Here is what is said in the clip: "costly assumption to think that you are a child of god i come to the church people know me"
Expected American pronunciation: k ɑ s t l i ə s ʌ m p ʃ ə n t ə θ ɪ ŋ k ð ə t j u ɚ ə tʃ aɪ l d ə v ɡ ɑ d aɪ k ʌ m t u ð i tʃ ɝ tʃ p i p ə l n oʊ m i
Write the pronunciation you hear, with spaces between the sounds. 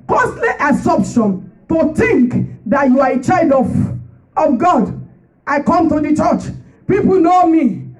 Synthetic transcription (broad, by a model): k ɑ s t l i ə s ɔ p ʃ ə n t ə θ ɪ ŋ k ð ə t j u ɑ ə tʃ aɪ l d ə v ɡ ɑ d aɪ k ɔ m t u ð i tʃ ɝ tʃ p i p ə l n oʊ m i